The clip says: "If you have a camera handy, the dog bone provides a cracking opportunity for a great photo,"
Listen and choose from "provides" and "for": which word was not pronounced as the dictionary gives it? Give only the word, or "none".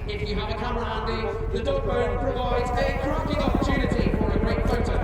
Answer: none